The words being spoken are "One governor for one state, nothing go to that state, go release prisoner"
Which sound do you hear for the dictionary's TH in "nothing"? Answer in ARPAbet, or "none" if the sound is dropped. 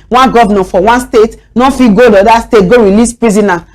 F